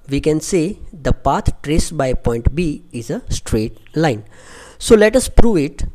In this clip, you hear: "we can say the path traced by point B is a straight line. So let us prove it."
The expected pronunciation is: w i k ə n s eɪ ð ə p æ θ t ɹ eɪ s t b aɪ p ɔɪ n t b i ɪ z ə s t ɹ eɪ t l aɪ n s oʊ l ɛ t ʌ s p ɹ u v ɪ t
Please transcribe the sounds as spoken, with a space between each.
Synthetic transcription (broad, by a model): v i k ə n s eɪ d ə p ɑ t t ɹ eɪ s b aɪ p ɔɪ n t b i ɪ z ə s t ɹ eɪ t l aɪ n s oʊ l ɛ t ʌ s p ɹ u v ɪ t